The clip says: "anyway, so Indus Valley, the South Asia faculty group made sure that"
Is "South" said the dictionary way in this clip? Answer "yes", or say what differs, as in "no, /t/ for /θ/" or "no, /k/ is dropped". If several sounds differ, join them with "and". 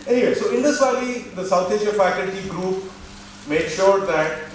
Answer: no, /t/ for /θ/